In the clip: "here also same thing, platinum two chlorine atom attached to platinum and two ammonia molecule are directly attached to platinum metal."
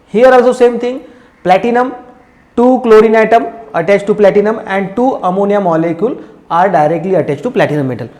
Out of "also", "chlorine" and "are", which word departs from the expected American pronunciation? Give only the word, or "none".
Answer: none